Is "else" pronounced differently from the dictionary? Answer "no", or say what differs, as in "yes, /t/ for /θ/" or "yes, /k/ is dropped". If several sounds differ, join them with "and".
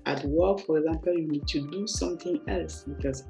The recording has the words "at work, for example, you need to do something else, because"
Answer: no